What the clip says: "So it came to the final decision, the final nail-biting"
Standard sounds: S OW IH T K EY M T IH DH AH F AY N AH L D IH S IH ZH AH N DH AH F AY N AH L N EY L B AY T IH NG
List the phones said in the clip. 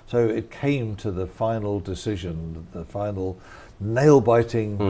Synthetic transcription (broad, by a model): S OW IH T K EY M T IH DH AH F AY N L D IH S IH ZH AH N DH AH F AY N L N EY L B AY T IH NG